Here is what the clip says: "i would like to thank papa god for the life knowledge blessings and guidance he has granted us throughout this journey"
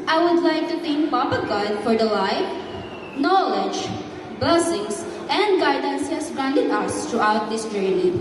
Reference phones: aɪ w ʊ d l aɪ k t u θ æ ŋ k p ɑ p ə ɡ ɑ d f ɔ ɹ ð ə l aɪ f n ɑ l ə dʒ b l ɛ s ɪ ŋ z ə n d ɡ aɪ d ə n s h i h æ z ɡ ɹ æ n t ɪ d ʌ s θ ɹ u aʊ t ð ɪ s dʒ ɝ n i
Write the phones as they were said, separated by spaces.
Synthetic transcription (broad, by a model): aɪ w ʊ d l aɪ k t u t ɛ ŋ k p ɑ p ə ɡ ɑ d f ɔ ɹ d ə l aɪ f n ɑ l ə dʒ b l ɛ s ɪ ŋ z ə n d ɡ aɪ d ə n s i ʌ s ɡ ɹ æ n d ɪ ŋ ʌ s t ɹ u aʊ t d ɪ s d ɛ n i